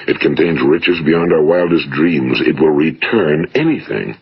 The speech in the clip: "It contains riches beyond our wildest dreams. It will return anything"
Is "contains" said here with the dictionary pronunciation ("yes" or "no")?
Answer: yes